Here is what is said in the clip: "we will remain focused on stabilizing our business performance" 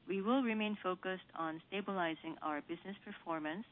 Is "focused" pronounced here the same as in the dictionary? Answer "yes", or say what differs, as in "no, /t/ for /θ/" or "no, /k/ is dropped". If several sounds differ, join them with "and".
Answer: yes